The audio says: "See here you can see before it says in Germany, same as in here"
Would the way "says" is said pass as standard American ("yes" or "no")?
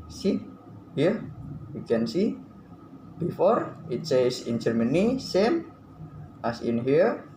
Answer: no